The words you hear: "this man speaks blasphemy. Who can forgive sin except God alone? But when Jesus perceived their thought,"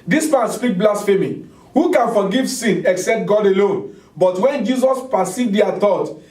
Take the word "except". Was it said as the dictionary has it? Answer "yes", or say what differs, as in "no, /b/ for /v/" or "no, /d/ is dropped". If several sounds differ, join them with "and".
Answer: yes